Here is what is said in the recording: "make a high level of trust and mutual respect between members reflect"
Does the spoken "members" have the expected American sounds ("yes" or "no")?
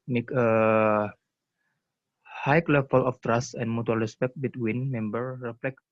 no